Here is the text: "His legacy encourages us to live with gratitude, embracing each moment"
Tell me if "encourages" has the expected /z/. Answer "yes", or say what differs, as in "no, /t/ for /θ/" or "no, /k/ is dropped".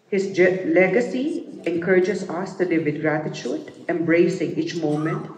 no, /s/ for /z/